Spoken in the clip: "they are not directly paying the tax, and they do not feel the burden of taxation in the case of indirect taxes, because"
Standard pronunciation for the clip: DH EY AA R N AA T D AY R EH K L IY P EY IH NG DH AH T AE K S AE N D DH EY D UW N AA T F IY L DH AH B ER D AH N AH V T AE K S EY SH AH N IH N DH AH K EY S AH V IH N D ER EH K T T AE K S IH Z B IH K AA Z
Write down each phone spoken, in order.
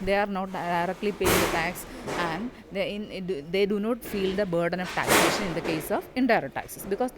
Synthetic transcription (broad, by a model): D EY AA R N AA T D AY R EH K L IY P EY IH NG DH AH T AE K S AE N D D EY D UW N AA T F IY L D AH B ER D AH N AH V T AE K S EY SH AH N IH N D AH K EY S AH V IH N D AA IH T T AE K S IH S B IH K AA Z